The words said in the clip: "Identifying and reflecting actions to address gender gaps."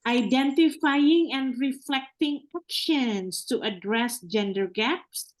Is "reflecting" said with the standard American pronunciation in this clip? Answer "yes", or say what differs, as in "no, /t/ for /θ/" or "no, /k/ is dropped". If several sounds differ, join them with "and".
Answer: yes